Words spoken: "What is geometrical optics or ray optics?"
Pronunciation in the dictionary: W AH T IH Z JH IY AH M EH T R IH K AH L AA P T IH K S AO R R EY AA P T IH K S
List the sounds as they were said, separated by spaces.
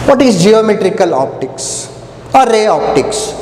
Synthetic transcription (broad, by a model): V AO T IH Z JH IY AH M EH T R IH K AH L AA P T IH K S AO R R EY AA P T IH K S